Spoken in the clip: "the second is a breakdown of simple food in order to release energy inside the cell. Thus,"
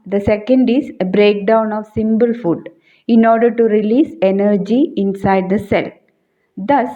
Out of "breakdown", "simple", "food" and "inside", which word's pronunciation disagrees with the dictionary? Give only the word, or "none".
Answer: simple